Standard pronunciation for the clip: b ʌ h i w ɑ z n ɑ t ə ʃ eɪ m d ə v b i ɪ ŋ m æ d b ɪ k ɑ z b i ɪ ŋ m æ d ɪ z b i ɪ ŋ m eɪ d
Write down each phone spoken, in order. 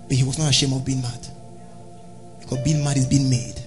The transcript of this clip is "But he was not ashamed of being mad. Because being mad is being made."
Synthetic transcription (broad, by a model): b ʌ h i w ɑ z n ɑ t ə ʃ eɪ m ə v b i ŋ m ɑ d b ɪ k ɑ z b i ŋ m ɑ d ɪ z b i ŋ m eɪ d